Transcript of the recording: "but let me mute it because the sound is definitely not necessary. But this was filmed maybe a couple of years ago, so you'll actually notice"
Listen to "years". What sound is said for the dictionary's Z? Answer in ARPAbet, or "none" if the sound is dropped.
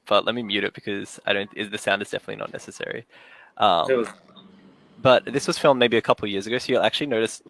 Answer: Z